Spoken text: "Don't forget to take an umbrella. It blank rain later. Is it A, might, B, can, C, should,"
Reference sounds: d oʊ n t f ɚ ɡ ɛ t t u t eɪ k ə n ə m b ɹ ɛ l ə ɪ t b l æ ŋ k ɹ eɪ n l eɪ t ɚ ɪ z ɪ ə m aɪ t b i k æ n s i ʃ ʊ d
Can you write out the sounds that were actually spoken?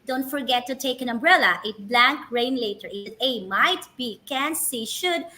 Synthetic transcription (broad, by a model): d oʊ n t f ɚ ɡ ɛ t t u t eɪ k ə n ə m b ɹ ɛ l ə ɪ t b l æ ŋ k ɹ eɪ n l eɪ t ɚ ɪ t ɪ ə m aɪ t b i k æ n s i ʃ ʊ d